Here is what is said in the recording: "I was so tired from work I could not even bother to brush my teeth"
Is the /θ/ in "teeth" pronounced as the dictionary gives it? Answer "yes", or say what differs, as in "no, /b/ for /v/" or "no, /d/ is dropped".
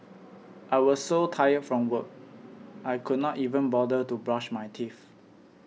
no, /f/ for /θ/